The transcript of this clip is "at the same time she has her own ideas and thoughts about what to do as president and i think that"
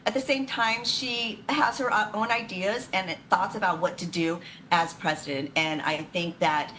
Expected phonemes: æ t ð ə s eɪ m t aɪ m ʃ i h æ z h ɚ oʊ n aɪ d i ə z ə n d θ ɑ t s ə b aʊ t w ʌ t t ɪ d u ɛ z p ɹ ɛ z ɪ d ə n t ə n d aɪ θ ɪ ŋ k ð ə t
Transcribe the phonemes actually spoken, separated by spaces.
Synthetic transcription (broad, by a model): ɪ t ð ə s eɪ m t aɪ m ʃ i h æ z h ɚ oʊ n aɪ d i ə z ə n θ ɑ t s ə b aʊ t w ʌ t t ɪ d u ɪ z p ɹ ɛ z ɪ d ə n t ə n aɪ θ ɪ ŋ k ð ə t